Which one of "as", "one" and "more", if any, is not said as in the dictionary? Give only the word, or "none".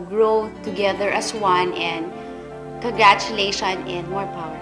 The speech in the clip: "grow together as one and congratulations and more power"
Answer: as